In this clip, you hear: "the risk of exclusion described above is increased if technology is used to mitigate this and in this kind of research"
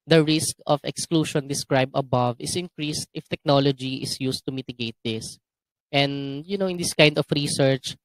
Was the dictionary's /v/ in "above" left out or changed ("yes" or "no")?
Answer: no